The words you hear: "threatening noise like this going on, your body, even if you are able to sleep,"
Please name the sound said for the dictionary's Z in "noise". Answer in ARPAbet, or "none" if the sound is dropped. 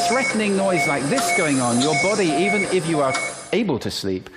Z